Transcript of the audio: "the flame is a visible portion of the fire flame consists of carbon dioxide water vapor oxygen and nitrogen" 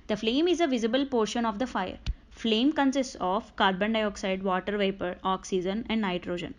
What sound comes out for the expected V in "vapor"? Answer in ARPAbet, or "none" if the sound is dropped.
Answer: V